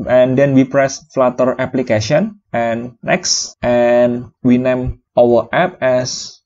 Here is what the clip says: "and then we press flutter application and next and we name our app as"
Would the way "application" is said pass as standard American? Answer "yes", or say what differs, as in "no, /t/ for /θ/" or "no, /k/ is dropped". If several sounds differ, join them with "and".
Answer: no, /n/ is dropped